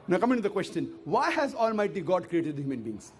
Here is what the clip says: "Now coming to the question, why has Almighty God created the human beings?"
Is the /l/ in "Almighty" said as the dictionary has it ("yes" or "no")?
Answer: yes